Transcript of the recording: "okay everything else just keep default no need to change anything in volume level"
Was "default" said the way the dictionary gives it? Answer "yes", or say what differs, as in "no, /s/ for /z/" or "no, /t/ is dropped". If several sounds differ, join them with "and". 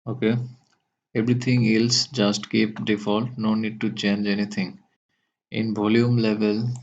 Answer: yes